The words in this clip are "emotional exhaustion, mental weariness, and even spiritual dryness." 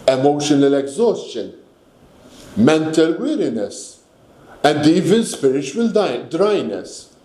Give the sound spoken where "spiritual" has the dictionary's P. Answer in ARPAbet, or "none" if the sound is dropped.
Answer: P